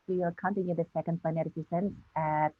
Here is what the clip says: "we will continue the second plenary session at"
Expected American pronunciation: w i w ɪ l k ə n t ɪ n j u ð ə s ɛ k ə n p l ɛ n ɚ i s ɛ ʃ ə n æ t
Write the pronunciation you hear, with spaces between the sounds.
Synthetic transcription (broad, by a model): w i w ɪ l k ə n t ɪ n j u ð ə s ɛ k ə n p ɛ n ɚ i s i s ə n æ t